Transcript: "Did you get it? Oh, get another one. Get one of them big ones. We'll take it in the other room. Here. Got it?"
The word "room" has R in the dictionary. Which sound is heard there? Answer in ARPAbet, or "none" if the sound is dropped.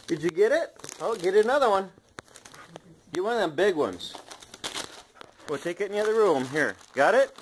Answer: L